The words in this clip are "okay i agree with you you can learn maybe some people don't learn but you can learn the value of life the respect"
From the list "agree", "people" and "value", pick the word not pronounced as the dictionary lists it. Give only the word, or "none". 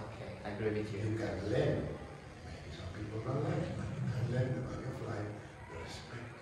value